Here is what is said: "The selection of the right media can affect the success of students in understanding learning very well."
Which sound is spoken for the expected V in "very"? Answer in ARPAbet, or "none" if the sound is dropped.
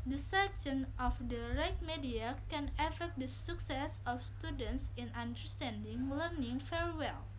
F